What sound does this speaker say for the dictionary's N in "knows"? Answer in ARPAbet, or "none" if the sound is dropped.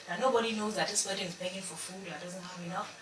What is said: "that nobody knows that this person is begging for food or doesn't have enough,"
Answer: N